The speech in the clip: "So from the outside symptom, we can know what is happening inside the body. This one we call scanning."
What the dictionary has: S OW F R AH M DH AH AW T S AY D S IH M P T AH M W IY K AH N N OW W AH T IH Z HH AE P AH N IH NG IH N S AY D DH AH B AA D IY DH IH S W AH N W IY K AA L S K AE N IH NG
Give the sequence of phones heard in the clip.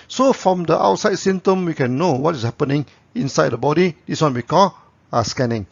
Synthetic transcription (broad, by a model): S OW F R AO M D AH AW T S AY D S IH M T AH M W IY K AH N N OW W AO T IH S HH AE P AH N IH NG IH N S AY D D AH B AA D IY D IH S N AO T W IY K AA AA S K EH N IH NG